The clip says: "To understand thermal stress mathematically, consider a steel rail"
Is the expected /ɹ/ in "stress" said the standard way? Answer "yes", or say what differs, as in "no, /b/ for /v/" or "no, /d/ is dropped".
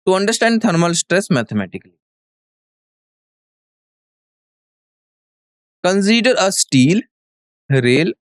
yes